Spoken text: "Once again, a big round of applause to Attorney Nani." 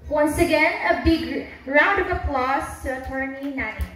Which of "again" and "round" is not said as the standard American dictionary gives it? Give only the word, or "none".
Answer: none